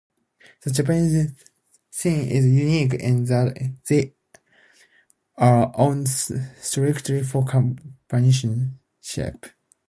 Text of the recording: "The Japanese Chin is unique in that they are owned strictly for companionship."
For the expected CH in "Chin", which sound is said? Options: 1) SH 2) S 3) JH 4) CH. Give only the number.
2